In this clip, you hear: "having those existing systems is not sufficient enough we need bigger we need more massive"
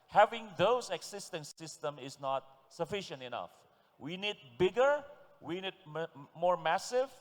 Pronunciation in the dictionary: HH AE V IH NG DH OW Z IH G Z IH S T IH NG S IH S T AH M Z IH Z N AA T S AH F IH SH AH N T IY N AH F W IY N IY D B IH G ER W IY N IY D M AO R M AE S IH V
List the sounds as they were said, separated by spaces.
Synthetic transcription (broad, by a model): HH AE V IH NG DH OW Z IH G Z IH S T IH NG S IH S T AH M IH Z N AA T S AH F IH SH AH N T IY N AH F W IY N IY D B IH G ER W IY N IY D M AO R M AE S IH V